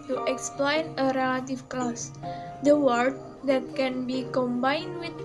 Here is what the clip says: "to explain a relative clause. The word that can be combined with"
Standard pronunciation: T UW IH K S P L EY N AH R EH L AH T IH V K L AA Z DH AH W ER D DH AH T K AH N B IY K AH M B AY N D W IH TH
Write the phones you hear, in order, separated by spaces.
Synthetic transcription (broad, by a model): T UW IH K S P L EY N AH R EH L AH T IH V K L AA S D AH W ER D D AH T K AH N B IY K AH M B AY N D W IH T